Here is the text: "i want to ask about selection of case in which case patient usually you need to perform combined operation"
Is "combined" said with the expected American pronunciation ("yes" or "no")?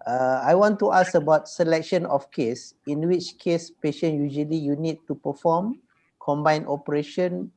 no